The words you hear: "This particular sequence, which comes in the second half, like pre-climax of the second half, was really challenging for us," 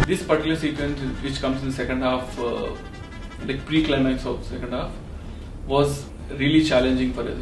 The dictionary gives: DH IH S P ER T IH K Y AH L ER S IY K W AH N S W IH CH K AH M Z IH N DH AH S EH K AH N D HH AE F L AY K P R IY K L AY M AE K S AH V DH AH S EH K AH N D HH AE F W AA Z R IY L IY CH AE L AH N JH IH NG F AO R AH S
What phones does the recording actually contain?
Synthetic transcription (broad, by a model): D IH S P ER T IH Y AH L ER S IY K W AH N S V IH CH K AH M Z IH N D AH S EH K AH N D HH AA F L AY K P R IY K L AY M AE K S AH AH S EH K AH N D HH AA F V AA Z R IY L IY CH AE L AH N JH IH NG F AO R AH